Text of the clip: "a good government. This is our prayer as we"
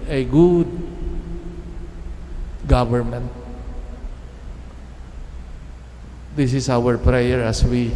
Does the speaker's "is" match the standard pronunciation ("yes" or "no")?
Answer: no